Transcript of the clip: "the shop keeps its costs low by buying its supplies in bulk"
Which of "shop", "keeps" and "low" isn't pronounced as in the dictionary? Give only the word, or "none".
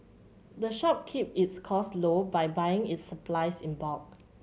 keeps